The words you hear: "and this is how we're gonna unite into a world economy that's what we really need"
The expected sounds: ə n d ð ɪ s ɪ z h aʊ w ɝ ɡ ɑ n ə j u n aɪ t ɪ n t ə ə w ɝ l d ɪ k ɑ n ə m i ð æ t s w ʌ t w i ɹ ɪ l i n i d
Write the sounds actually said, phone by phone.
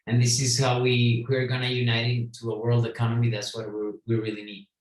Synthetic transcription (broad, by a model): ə n ð ɪ s ɪ z h aʊ w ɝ ɡ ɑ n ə j u n aɪ t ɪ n t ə ə w ɝ l d ɪ k ɑ n ə m i ð æ t s w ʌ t w i ɹ ɪ l i n i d